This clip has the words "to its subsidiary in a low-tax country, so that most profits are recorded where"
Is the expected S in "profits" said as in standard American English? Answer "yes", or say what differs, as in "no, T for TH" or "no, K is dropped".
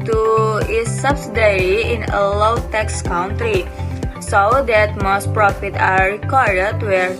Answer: no, S is dropped